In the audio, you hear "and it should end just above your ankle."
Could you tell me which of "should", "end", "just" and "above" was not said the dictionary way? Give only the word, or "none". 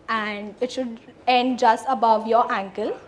none